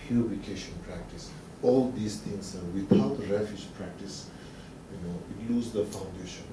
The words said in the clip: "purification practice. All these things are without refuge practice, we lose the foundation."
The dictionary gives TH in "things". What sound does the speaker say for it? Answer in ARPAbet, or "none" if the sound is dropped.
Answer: T